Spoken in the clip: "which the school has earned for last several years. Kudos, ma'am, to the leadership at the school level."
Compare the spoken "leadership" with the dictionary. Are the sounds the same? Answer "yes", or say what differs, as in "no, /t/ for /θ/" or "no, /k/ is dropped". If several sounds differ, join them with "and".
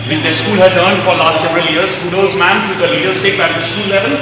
no, /s/ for /ʃ/